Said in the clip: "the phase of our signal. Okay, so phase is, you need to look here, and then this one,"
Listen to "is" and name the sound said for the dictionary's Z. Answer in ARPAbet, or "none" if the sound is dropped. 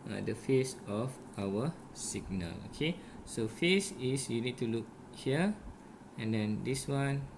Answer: S